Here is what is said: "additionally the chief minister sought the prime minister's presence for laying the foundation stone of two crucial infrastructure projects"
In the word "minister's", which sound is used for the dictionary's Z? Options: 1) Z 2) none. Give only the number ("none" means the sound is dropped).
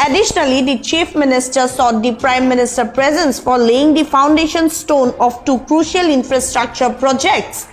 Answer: 2